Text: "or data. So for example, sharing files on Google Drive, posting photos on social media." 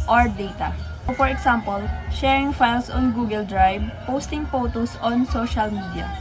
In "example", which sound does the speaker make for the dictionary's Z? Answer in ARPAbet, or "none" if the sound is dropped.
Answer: S